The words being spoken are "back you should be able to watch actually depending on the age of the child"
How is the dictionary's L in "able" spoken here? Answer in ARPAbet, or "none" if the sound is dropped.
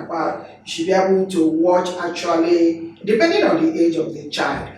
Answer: N